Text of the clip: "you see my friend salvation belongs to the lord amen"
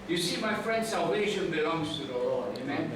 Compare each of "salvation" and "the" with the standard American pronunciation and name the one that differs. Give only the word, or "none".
none